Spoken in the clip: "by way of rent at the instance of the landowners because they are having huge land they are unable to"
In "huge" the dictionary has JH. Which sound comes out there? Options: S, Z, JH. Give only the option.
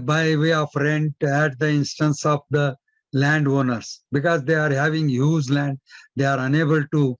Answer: Z